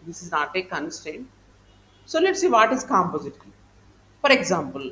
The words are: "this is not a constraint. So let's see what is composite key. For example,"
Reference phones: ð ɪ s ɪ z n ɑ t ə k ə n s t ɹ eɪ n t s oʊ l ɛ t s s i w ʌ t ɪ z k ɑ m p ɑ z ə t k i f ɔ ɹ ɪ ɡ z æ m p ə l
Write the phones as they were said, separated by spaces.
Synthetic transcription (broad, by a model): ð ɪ s ɪ z n ɑ t ə k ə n s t eɪ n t s oʊ l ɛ t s s i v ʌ t ɪ z k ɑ m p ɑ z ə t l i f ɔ ɹ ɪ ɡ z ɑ m p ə l